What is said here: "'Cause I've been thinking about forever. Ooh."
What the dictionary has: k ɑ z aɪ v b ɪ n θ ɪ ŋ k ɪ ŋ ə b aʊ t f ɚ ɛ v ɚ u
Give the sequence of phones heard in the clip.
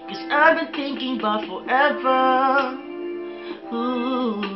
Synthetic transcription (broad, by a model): k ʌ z aɪ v b ɪ n θ ɪ ŋ k ɪ ŋ ə b aʊ t f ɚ ɛ v ɚ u